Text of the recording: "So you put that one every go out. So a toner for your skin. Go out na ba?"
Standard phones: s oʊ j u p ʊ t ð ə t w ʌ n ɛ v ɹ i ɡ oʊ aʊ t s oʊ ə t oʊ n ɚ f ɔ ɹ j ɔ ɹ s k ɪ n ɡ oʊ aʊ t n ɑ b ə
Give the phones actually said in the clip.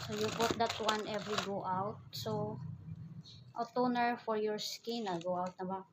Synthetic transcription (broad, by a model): s oʊ j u b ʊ t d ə t w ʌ n ɛ v ɹ i ɡ oʊ aʊ t s oʊ ə t oʊ n ɚ f ɔ ɹ j ɔ ɹ s k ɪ n ɡ oʊ aʊ t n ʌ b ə